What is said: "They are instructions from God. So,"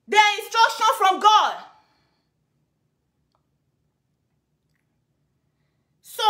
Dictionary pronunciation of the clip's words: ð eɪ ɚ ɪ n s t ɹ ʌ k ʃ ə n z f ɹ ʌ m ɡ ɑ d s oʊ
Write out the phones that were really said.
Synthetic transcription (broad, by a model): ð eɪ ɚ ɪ n s t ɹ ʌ k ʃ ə n f ɹ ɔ m ɡ ɑ d s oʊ